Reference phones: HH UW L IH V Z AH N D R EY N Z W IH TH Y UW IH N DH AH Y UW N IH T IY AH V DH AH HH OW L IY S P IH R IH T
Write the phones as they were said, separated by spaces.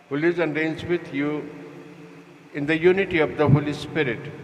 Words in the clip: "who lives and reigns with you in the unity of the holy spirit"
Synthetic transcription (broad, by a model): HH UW L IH Z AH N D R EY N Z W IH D Y UW IH N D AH Y UW N IH T IY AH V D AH HH OW L IY S P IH R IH T